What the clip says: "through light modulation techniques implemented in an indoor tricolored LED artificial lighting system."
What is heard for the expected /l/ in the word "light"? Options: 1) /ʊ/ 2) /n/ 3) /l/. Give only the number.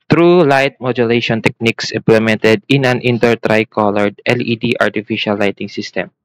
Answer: 3